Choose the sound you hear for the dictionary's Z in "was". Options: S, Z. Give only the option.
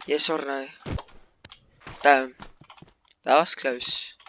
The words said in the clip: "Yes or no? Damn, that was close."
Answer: S